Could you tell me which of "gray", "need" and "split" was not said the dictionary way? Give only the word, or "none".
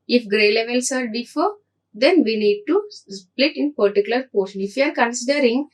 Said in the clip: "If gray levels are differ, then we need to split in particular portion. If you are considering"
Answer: none